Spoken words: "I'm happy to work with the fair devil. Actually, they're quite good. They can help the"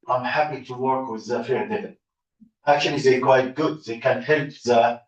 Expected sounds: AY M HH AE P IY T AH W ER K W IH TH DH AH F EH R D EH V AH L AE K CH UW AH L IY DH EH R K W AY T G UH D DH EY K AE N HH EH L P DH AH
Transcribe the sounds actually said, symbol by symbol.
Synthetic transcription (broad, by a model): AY M HH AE P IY T AH W ER K W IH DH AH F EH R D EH AH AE K CH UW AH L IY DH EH K W AY T G UH D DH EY K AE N HH EH L P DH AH